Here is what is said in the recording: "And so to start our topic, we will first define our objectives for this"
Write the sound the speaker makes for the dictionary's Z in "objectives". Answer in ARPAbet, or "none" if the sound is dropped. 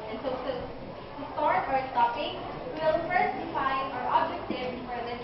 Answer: none